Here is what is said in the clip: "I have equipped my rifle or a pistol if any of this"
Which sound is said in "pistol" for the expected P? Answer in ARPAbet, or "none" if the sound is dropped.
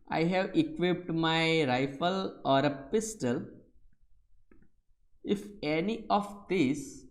P